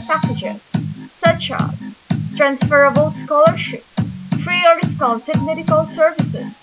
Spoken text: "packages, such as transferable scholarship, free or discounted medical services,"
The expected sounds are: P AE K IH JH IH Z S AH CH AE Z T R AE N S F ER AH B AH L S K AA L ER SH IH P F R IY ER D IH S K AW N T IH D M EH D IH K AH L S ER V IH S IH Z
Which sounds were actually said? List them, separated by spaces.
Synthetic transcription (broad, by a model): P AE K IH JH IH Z S AH CH AE Z T R AE N S F ER AH B AH L S K AA L ER SH IH P F R IY ER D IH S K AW L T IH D M EH D IH K AH L S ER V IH S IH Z